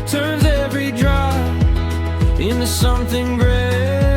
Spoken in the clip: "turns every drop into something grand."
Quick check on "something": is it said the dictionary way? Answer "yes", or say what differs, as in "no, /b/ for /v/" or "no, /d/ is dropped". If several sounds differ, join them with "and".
yes